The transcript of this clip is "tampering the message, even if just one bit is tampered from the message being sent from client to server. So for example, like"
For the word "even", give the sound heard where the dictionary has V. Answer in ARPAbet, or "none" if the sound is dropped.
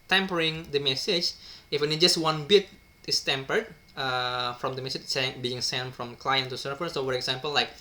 F